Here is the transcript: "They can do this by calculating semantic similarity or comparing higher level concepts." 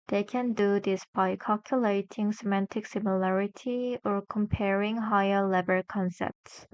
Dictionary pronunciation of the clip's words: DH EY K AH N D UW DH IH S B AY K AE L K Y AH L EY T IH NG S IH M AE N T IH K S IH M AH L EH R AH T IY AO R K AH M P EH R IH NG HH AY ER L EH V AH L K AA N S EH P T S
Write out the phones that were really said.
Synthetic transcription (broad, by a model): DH EY K AH N D UW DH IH S B AY K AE L K Y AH L EY T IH NG S IH M AE N T IH K S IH M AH L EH R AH T IY AO R K AH M P EH R IH NG HH AY ER L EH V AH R K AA N S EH P T S